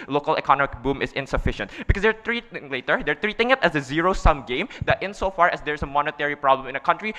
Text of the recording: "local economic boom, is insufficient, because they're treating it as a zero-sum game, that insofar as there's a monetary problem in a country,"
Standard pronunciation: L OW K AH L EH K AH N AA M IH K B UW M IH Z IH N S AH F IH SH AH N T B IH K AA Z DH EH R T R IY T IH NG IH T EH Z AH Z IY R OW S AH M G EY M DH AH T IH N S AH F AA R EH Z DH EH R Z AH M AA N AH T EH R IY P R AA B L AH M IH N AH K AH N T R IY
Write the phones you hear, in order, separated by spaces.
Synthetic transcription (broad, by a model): L OW K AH L EH K AH N AA M IH K B UW M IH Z IH N S AH F IH SH AH N T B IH K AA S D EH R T R IY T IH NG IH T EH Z AH Z IY R OW S AH M G EY M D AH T IH N S AH F AA R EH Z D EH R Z AH M AA N AH T EH R IY P R AA B L AH M IH N AH K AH N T R IY